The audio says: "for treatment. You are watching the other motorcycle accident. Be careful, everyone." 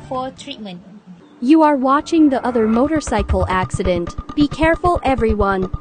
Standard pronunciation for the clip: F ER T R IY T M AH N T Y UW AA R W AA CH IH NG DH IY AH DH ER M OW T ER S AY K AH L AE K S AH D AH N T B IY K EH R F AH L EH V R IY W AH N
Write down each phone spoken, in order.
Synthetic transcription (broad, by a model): F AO T R IY T M AH N T Y UW AA R W AA CH IH NG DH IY AH DH ER M OW T ER S AY K AH L AE K S AH D AH N T B IY K EH R F AH L EH V R IY W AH N